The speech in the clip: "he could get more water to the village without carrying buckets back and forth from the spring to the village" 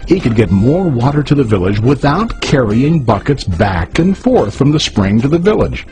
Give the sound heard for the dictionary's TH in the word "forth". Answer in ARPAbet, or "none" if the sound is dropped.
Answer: TH